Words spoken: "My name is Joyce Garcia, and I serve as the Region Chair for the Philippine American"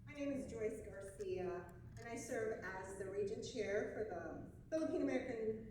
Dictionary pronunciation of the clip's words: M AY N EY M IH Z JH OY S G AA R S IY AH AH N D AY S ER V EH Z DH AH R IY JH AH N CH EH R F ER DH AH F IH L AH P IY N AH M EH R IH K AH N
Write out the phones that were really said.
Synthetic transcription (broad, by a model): M AY N EY M IH Z JH OY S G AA R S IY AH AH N AY S ER V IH Z DH AH R IY JH AH N CH EH R F ER DH AH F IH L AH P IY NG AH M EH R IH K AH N